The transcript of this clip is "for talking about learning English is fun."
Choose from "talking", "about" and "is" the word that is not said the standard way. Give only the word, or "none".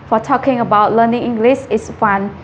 is